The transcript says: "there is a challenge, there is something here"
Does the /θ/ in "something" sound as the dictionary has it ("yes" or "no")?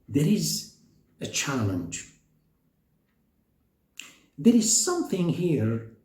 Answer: yes